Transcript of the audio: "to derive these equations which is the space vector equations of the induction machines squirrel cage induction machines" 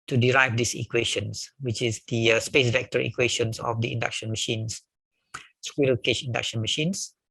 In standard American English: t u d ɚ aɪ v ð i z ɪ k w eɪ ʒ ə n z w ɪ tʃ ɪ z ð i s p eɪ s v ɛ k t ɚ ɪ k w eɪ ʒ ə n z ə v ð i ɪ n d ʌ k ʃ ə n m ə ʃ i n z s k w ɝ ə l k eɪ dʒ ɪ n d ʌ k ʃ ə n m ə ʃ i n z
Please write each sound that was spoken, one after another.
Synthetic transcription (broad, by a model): t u d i aɪ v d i s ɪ k w eɪ ʃ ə n s w ɪ tʃ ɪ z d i s p eɪ s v ɛ k t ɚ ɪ k w eɪ ʃ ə n s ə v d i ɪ n d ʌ k ʃ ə n m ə ʃ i n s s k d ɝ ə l k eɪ ʃ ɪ n d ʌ k ʃ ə n m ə ʃ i n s